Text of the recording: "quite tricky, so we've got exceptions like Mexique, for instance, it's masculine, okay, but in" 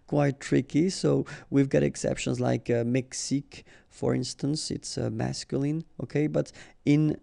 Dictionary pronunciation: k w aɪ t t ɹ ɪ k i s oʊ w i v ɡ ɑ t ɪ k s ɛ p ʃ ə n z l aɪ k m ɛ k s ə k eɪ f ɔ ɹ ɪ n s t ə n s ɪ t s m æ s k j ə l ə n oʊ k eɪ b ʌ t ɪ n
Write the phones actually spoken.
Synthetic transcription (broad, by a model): k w aɪ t t ɹ ɪ k i s oʊ w i v ɡ ɑ t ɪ k s ɛ p ʃ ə n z l aɪ k m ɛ k s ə k f ɔ ɹ ɪ n s t ə n s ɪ t s m æ s k j ə l ə n oʊ k eɪ b ʌ t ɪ n